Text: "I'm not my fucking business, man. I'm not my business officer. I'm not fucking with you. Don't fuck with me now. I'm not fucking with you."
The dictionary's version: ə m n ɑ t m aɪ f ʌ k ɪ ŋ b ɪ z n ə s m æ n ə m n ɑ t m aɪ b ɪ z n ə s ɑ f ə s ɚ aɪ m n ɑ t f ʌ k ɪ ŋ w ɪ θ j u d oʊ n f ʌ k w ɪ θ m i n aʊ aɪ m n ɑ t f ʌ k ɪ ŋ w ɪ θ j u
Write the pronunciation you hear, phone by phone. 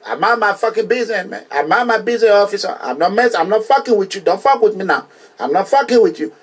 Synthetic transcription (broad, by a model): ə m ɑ m aɪ f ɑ k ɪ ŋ b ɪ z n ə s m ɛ ə m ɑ m aɪ b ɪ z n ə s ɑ f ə s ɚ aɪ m n ɑ t f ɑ k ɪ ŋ w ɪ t j u d oʊ n f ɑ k w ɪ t m i n aʊ aɪ m n ɑ t f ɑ k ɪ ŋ w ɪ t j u